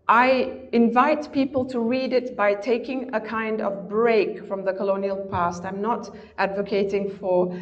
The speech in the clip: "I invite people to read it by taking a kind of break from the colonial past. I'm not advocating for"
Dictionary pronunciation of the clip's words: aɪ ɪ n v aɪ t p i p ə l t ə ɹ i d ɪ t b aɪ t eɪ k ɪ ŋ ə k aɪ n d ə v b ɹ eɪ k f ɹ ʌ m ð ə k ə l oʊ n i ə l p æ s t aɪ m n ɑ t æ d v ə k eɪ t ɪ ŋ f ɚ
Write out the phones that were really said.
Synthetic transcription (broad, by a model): aɪ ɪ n v aɪ t p i p ə l t ə ɹ i d ɪ t b aɪ t eɪ k ɪ ŋ ə k aɪ n d ə v b ɹ eɪ k f ɹ ʌ m ð ə k ə l oʊ n i ə l p æ s t aɪ m n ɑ t æ d v ə k eɪ t ɪ ŋ f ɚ